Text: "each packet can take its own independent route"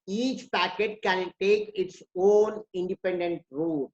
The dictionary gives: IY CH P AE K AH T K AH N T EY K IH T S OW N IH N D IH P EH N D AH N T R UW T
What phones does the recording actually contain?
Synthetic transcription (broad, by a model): IY CH P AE K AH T K AH N T EY K IH T S OW N IH N D IH P EH N D AH N T R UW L